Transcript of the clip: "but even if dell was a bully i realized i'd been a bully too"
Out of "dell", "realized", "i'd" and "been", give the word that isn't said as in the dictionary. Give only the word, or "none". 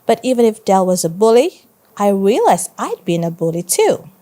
realized